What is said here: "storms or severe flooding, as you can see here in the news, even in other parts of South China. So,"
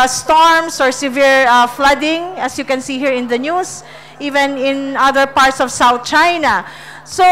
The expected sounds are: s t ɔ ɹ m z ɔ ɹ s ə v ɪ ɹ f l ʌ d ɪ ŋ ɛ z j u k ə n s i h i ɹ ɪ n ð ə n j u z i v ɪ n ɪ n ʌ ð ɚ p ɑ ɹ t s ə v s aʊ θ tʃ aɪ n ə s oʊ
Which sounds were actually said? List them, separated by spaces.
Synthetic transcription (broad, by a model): s t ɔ ɹ m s ɔ ɹ s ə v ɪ ɹ f l ʌ d ɪ ŋ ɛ s j u k ə n s i h i ɹ ɪ n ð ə n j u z i v ɪ n ɪ n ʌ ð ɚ p ɑ ɹ t s ə v s aʊ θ tʃ aɪ n ə s oʊ